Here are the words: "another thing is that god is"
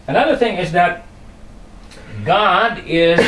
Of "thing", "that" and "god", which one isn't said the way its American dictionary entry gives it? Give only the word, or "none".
none